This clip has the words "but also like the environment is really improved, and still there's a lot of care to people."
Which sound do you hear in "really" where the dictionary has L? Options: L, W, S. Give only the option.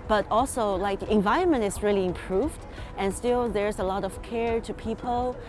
L